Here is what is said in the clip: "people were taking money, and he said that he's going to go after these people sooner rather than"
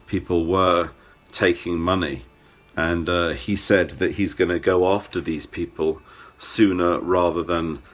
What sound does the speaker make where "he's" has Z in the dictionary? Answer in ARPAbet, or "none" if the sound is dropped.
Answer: Z